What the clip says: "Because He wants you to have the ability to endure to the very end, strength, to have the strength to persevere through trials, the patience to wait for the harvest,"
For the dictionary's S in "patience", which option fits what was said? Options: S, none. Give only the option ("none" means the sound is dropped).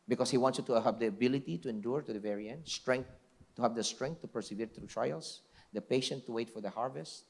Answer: none